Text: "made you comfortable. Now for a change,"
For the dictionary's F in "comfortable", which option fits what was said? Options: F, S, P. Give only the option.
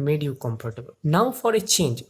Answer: P